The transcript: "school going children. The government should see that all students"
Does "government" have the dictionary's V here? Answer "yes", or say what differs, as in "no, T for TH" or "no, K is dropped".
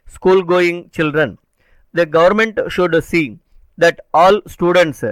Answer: yes